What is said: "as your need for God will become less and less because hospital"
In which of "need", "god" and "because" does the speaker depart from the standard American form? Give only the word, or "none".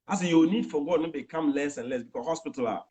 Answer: because